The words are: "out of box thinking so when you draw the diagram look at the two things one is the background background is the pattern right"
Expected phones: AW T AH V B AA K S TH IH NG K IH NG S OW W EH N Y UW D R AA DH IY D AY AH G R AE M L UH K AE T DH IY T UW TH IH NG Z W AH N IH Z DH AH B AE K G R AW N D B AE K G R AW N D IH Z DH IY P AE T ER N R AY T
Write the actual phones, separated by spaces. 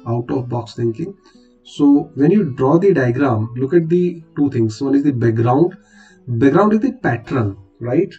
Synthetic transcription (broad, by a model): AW T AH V B AA K S T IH NG K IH NG S OW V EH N Y UW D R AA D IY D AY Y G R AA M L UH K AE T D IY T UW T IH NG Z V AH N IH Z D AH B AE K G R AW N D B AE G R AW N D IH Z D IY P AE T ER L R AY T